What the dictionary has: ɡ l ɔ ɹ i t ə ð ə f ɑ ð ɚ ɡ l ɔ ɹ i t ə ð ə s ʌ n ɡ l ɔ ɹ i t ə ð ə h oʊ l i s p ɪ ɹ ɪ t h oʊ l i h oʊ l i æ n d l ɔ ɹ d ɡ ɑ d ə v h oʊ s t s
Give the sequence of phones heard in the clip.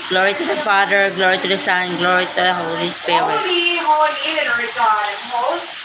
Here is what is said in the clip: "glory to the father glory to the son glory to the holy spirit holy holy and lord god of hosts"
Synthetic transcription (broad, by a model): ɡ l ɔ ɹ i t ə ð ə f ɑ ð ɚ ɡ l ɔ ɹ i t ə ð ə s ʌ n ɡ l ɔ ɹ i t ə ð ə h oʊ l i s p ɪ ɪ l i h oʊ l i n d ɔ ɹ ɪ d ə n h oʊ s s